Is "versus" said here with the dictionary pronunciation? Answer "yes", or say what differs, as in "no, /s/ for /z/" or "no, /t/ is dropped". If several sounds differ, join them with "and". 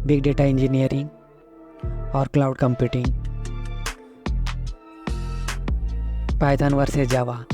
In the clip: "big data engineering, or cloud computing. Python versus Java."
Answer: no, /z/ is dropped